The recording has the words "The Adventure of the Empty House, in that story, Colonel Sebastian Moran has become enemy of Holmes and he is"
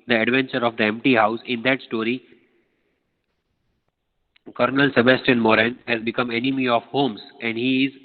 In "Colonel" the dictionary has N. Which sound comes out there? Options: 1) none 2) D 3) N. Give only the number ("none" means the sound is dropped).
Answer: 3